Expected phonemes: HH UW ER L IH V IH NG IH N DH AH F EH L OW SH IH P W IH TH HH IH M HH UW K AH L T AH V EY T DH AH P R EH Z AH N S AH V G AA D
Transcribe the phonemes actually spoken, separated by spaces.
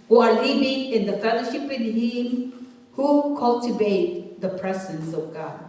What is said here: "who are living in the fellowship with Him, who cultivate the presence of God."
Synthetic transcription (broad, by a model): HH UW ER L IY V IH NG IH N DH AH F EH L OW SH IH P W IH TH HH IH M HH UW K AH L T AH V EY T DH AH P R EH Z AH N S AH V G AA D